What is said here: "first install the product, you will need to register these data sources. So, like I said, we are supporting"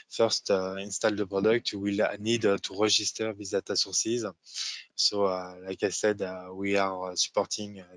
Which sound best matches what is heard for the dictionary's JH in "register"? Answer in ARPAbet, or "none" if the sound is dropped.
ZH